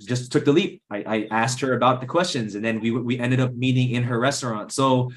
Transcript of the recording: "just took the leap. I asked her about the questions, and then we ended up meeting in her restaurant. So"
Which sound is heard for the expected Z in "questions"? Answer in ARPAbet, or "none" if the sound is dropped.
Z